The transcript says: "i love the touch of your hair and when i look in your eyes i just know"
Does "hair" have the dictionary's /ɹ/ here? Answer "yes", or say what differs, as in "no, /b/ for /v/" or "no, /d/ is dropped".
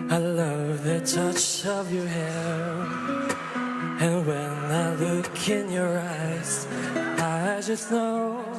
no, /l/ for /ɹ/